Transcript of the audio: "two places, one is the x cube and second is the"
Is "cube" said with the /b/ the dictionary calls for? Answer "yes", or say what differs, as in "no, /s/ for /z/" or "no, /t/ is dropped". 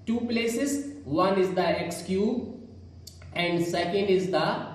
no, /b/ is dropped